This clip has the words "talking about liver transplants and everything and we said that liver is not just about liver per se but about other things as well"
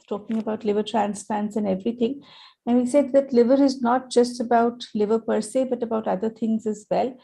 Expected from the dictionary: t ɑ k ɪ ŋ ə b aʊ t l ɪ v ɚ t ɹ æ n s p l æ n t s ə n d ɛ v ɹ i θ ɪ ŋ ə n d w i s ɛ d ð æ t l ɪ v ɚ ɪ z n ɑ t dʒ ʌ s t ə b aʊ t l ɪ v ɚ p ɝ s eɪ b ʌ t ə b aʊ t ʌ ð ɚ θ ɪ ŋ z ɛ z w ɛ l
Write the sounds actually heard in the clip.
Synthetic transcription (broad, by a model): t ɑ k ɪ ŋ ə b aʊ t l ɪ v ɚ t ɹ æ n s p l æ n t s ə n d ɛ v ɹ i t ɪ ŋ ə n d i s ɛ d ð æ t l ɪ v ɚ ɪ z n ɑ t dʒ ʌ s t ə b aʊ t l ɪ v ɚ p ɝ s eɪ b ʌ t ə b aʊ t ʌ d ɚ t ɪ ŋ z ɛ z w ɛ l